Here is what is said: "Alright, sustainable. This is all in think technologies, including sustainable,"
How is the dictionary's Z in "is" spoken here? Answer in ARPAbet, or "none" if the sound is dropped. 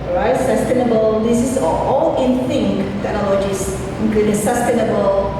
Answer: S